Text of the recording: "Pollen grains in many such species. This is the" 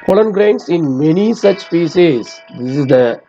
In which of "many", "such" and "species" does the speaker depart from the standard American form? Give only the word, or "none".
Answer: species